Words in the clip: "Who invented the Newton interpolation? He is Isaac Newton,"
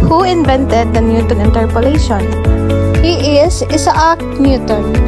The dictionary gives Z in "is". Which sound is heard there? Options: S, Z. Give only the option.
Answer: S